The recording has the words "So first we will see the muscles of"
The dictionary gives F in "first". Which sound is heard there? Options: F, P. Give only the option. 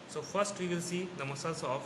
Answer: P